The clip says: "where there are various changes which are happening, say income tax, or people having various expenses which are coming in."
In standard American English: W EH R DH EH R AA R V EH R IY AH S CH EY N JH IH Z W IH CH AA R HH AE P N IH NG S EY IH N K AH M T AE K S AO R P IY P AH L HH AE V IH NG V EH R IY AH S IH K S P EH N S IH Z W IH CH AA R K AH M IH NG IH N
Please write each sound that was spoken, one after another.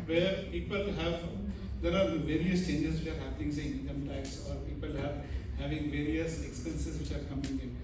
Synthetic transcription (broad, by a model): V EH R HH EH R AA R V EH R IY AH S CH EY N JH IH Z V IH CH AA R HH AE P IH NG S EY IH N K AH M T AE K S AO R P IY P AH L HH AE V IH NG V EH R IY AH S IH K S P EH N S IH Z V IH CH AA R K AH M IH NG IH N